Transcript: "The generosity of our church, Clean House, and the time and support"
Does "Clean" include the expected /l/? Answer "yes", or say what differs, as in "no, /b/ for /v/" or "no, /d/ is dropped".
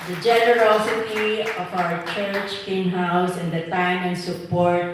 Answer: no, /l/ is dropped